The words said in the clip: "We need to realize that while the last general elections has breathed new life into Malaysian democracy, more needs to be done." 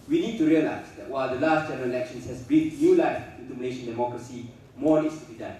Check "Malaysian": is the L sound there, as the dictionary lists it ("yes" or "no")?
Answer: no